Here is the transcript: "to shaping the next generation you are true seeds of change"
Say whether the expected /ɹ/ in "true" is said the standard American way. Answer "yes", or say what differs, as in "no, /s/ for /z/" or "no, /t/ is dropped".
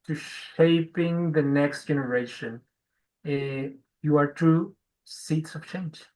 no, /ɹ/ is dropped